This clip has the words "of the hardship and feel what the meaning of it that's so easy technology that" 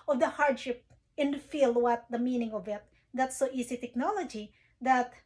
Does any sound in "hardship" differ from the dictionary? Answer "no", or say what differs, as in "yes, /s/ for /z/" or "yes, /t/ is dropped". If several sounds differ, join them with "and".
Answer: no